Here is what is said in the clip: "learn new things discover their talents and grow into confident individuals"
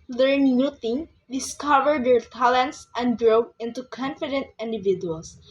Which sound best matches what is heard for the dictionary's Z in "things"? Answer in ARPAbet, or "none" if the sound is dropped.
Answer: none